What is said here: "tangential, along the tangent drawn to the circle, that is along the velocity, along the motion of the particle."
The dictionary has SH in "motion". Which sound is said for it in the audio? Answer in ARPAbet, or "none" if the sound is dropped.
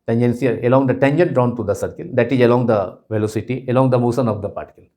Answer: S